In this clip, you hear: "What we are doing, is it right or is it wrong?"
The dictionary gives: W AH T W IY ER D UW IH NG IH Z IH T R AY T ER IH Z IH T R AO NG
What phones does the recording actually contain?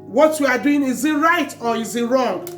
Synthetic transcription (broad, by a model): W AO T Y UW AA D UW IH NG IH Z IH T R AY T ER IH Z IH T R AO NG